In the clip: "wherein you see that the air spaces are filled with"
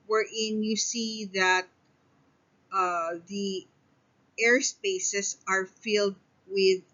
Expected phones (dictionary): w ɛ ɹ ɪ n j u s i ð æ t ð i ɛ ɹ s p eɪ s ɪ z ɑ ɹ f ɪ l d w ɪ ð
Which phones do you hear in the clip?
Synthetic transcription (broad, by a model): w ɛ ɹ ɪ n j u s i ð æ t ð i ɛ ɹ s p eɪ s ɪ s ɑ ɹ f ɪ l d w ɪ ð